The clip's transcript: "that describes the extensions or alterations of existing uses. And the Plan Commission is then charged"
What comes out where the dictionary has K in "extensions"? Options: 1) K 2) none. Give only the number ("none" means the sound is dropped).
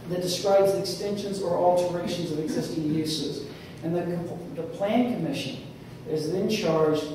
1